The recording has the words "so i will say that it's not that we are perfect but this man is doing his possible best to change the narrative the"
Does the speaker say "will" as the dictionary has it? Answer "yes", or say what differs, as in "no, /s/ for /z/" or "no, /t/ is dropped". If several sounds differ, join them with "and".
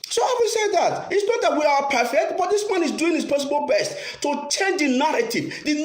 no, /n/ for /l/